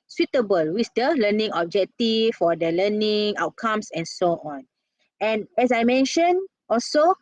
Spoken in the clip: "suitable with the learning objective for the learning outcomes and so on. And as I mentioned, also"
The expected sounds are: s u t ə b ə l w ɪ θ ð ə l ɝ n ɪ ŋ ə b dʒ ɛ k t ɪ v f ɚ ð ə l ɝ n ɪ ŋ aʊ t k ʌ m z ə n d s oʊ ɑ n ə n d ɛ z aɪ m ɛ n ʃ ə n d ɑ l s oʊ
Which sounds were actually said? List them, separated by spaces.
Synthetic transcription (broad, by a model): s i t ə b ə l w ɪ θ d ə l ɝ n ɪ ŋ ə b dʒ ɛ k t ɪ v f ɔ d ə l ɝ n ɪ ŋ aʊ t k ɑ m s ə n s oʊ ɑ n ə n ɛ s aɪ m ɛ n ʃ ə n ɑ l s oʊ